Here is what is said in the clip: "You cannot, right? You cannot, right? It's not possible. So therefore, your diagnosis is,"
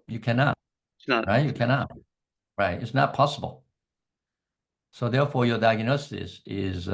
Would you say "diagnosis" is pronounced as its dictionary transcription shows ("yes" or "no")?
yes